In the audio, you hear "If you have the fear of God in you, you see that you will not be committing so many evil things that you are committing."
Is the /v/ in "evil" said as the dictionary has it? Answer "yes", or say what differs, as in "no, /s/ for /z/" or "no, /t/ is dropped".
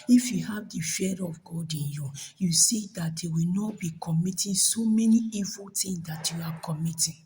yes